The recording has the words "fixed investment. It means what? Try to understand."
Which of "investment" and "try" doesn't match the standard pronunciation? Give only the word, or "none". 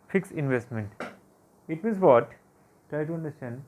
none